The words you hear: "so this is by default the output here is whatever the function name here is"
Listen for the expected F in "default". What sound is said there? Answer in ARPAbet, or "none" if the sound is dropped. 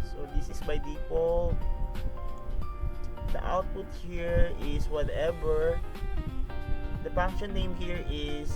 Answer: P